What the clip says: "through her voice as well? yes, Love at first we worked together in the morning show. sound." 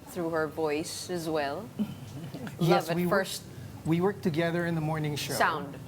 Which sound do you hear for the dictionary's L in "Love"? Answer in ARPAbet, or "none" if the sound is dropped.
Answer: W